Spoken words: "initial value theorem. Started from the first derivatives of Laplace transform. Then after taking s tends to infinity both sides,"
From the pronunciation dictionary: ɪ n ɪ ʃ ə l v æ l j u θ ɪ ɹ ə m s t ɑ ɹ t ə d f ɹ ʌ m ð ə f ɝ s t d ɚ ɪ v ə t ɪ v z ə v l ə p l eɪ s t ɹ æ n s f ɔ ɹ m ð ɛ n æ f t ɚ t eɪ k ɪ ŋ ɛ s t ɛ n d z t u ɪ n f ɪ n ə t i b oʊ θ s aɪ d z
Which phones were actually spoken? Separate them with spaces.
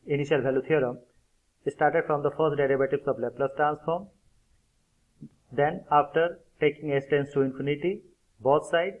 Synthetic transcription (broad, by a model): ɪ n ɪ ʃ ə l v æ l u t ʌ ɹ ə m s t ɑ ɹ t ə d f ɹ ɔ m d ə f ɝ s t d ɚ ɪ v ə t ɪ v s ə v l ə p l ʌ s t ɹ æ n s f ɔ ɹ m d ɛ n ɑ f t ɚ t eɪ k ɪ ŋ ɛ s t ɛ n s t u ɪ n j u n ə t i b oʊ t s aɪ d